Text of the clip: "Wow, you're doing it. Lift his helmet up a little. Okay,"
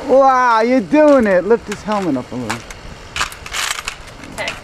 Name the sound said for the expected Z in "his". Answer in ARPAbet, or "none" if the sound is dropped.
S